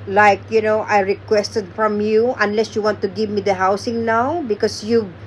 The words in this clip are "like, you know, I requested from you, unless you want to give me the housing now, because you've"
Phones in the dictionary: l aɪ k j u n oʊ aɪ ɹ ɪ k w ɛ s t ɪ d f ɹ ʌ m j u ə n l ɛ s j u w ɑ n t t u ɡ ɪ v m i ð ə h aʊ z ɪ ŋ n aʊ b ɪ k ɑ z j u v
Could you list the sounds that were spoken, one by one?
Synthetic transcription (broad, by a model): l aɪ k j u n oʊ aɪ ɹ ɪ k w ɛ s t ɪ d f ɹ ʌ m j u ə n l ɛ s j u w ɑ n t t u ɡ ɪ v m i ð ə h aʊ s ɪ ŋ n aʊ b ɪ k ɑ s j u